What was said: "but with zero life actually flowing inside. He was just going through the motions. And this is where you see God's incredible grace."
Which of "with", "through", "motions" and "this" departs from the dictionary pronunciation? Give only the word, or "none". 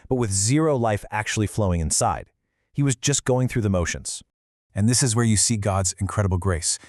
none